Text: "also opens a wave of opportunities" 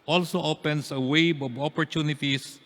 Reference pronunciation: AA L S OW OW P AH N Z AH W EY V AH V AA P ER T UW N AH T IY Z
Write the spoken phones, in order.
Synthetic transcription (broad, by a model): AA L S OW OW P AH N S AH W EY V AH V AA P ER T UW N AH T IY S